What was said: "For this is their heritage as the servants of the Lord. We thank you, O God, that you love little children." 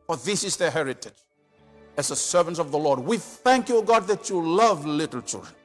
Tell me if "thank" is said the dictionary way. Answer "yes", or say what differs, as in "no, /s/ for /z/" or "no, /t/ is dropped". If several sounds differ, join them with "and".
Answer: yes